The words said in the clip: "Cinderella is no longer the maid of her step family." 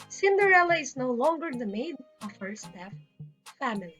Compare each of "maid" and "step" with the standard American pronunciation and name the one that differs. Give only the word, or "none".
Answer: step